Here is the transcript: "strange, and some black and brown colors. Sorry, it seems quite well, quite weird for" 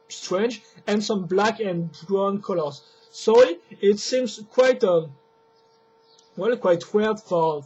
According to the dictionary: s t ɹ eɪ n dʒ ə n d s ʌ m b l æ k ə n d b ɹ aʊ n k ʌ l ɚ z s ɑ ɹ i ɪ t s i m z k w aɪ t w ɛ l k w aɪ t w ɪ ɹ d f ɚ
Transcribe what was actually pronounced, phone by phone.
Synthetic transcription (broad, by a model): s t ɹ eɪ n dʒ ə n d s ʌ m b l æ k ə n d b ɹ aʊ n k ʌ l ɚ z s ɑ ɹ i ɪ t s i m z k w aɪ t w ɛ l k w aɪ t w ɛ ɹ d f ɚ